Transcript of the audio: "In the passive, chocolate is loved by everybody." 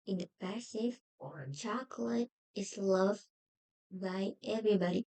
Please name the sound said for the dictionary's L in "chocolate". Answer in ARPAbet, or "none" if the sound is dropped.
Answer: L